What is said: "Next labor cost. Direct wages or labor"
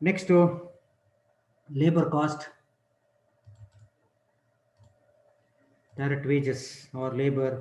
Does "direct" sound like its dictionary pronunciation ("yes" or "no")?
no